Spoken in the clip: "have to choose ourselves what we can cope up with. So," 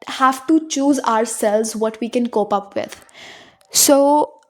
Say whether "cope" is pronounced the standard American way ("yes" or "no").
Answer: yes